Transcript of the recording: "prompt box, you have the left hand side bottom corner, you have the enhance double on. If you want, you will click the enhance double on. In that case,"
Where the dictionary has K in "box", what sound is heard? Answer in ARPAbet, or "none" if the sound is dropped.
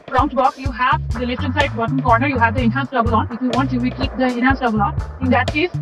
K